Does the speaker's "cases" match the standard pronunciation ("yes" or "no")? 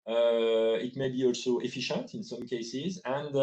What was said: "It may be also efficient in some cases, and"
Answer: yes